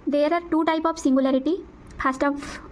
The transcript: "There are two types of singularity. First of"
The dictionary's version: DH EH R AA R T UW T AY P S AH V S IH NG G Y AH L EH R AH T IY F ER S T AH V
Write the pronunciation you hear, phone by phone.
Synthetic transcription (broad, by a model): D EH R AA R T UW T AY P AH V S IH NG G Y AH L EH R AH T IY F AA S T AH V